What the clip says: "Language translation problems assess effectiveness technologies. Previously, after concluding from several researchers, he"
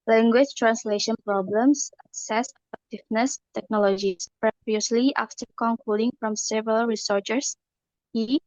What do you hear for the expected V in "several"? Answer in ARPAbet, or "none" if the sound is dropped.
V